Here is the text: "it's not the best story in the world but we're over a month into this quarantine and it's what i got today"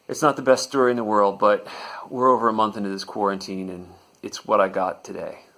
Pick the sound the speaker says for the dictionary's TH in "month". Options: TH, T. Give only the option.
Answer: TH